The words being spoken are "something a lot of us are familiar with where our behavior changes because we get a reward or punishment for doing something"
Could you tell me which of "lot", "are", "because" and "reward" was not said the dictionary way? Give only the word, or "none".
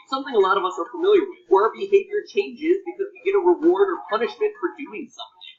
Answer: none